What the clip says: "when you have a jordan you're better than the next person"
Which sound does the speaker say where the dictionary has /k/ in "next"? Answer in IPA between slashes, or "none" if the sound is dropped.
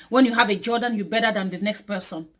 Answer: /k/